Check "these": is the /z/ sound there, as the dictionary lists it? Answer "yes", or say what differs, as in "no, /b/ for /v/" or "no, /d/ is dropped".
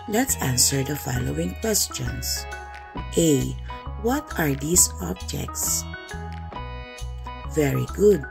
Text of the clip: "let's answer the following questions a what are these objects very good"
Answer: no, /s/ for /z/